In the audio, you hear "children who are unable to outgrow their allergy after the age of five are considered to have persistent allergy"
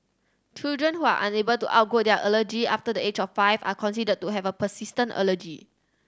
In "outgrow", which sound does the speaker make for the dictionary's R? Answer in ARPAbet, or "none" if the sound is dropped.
none